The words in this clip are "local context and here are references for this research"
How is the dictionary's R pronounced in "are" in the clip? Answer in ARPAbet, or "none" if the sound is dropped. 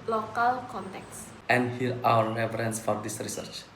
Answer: W